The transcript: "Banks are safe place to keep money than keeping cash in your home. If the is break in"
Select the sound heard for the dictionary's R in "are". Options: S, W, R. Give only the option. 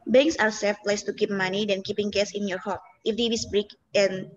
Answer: W